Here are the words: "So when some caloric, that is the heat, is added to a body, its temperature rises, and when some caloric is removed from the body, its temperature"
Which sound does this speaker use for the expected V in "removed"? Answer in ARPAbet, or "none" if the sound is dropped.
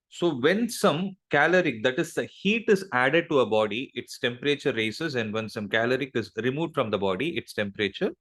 V